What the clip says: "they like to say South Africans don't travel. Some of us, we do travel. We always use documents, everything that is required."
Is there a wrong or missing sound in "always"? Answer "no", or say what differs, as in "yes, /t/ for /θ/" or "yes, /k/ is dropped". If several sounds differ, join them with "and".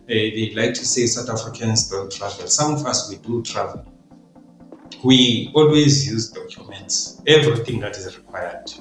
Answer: no